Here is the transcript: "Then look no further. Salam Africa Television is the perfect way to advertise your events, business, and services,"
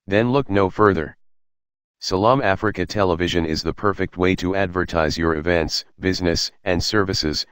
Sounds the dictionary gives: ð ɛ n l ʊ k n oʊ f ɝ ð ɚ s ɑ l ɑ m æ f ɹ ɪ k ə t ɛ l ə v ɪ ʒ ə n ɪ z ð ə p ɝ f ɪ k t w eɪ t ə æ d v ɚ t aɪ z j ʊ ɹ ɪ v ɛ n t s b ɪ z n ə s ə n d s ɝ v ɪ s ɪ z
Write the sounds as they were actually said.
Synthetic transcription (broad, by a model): ð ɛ n l ʊ k n oʊ f ɝ ð ɚ s ɑ l ɑ m æ f ɹ ɪ k ə t ɛ l ə v ɪ ʒ ə n ɪ z ð ə p ɝ f ɪ k t w eɪ t ə æ d v ɚ t aɪ z j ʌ ɹ ɪ v ɛ n t s b ɪ z n ə s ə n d s ɝ v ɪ s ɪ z